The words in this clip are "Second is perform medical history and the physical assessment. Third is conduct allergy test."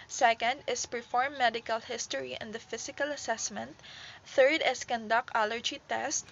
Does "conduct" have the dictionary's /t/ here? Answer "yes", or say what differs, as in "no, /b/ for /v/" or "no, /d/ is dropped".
no, /t/ is dropped